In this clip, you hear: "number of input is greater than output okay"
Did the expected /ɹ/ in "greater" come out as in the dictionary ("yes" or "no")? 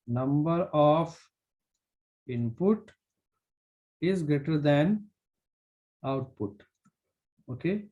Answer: no